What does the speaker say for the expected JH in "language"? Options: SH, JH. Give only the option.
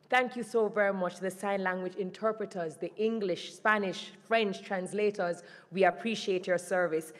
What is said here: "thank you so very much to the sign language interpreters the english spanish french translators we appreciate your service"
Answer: JH